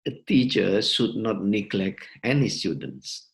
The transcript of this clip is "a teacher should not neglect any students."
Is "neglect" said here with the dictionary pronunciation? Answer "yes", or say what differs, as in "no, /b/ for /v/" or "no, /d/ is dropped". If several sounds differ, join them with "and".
no, /t/ is dropped